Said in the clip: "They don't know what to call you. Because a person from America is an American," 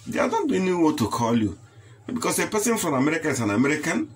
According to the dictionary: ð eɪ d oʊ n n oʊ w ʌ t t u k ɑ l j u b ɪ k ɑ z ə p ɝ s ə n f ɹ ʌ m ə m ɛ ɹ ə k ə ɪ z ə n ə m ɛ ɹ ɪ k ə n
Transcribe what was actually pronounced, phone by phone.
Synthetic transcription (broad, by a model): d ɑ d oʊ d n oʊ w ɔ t t u k ɑ l j u b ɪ k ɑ s ə p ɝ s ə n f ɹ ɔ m ə m ɛ ɹ ə k ə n s ə n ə m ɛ ɹ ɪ k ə n